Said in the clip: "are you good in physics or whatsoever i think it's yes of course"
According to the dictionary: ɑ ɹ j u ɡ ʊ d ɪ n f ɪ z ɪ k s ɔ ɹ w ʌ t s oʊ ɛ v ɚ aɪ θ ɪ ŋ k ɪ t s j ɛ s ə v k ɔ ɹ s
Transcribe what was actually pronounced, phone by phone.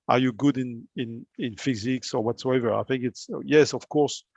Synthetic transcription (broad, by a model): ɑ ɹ j u ɡ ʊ d ɪ n f ɪ z ɪ k s ɔ ɹ w ʌ t s oʊ ɛ v ɚ aɪ θ ɪ ŋ k ɪ t s j ɛ s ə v k ɔ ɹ s